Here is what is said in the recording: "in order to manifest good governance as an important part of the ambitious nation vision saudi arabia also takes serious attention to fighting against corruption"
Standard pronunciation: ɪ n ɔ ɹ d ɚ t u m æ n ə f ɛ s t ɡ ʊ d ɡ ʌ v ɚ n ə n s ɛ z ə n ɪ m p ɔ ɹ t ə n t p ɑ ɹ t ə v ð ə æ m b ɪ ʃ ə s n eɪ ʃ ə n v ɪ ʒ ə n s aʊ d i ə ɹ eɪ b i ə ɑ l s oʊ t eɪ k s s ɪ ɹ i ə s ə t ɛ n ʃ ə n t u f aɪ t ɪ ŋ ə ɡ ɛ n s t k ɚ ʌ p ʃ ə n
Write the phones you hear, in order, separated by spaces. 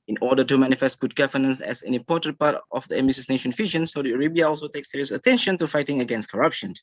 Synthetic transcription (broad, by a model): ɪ n ɔ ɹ d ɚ t u m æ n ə f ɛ s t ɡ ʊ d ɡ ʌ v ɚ n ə n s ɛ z ə n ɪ m p ɔ t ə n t p ɑ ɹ t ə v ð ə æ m ɪ s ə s n eɪ ʃ ə n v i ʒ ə n s aʊ d i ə ɹ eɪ b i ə ɑ l s oʊ t eɪ k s s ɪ ɹ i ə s ə t ɛ n ʃ ə n t u f aɪ t ɪ ŋ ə ɡ ɛ n s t k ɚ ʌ p ʃ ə n